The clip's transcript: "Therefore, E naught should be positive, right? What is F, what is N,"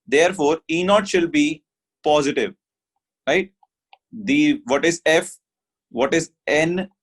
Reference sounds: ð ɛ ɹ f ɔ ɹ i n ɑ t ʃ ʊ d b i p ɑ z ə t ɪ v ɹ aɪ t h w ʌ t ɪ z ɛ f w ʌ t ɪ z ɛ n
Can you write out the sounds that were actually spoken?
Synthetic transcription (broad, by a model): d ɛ ɹ f ɔ ɹ i n ɑ t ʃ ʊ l b i p ɑ z ə t ɪ v ɹ aɪ t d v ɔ t ɪ z ɛ f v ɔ t ɪ z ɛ n